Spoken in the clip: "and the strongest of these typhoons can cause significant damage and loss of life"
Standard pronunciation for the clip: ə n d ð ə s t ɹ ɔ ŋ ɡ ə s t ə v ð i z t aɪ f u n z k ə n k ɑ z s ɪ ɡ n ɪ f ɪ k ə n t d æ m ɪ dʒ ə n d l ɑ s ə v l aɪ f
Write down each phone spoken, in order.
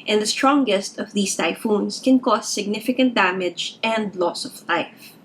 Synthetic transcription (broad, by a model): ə n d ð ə s t ɹ ɔ ŋ ɡ ə s t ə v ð i s t aɪ f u n s k ə n k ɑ s ɪ ɡ n ɪ f ɪ k ə n t d æ m ɪ dʒ ə n d l ɑ s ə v l aɪ f